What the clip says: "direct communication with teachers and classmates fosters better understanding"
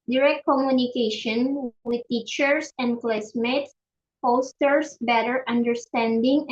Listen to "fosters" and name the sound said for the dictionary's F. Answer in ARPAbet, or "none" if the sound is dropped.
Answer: P